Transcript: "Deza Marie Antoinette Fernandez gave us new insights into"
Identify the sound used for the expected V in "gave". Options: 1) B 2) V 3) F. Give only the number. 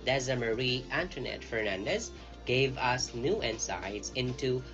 2